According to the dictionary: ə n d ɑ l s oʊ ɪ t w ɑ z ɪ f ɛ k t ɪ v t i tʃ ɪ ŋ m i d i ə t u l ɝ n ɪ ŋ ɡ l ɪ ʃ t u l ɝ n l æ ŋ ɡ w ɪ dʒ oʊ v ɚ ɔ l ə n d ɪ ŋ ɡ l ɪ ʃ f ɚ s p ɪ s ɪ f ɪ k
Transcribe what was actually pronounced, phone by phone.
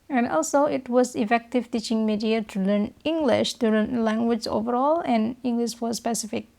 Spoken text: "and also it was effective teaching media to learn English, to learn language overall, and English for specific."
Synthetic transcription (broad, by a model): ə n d ɑ l s oʊ ɪ t w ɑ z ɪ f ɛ k t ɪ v t i tʃ ɪ ŋ m i d i ə t u l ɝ n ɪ ŋ ɡ l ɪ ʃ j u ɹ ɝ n l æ ŋ ɡ w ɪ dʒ oʊ v ɚ ɔ l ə n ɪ ŋ ɡ l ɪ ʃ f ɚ s p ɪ s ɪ f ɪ k